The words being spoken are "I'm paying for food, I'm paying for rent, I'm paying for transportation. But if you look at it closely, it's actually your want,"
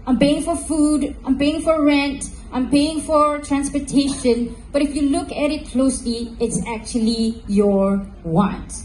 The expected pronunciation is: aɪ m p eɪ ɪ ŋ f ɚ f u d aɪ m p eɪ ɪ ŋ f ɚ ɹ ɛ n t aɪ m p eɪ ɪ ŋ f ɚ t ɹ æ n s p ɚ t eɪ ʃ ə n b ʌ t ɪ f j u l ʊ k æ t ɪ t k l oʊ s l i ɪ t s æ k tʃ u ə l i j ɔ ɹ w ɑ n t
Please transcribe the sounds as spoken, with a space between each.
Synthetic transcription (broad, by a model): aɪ m p eɪ ɪ ŋ f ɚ f u d aɪ m p eɪ ɪ ŋ f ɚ ɹ ɛ n t aɪ m p eɪ ɪ ŋ f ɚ t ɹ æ n s p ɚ t eɪ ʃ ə n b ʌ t ɪ f j u l ʊ k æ t ɪ t k l oʊ s l i ɪ t s æ k tʃ u ə l i j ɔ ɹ w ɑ n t